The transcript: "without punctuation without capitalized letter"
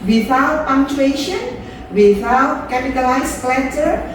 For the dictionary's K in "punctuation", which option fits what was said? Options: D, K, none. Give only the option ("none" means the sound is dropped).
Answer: none